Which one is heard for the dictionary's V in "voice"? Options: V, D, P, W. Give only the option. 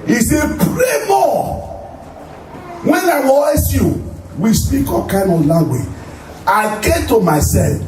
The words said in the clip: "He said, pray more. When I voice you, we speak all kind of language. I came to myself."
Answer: W